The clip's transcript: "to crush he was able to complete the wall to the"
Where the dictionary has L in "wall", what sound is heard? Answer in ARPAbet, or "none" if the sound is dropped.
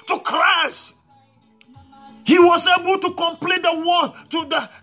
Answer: N